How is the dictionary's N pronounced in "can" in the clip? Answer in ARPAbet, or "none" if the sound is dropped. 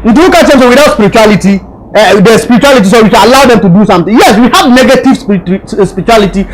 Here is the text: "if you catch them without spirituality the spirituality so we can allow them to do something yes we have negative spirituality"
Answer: L